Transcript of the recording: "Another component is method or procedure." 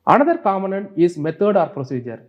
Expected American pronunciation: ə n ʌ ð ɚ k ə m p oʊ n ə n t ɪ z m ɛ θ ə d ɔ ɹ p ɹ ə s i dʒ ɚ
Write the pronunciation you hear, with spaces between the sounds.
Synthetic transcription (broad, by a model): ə n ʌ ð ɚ k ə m oʊ n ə n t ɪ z m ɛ t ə d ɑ ɹ p ɹ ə s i dʒ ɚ